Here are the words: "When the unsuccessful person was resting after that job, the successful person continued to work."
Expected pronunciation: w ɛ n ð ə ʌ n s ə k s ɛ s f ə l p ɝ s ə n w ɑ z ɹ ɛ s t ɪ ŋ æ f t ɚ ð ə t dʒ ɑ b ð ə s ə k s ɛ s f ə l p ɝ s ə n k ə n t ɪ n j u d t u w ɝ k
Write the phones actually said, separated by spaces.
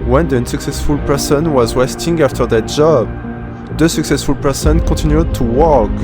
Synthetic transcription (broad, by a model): w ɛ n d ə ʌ n s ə k s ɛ s f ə l p ɝ s ə n w ɑ z w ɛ s t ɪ ŋ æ f t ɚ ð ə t dʒ ɑ b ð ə s ə k s ɛ s f ə l p ɝ s ə n k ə t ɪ n j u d t u w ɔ k